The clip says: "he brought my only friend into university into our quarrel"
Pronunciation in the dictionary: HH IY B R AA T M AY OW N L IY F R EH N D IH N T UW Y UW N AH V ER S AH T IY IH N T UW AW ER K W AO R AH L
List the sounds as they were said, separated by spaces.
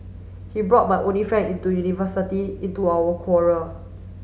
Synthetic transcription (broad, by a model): HH IY B R AA T M AY OW N L IY F R EH N D IH N T UW Y UW N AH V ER S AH T IY IH N T UW AW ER K W AO R AH L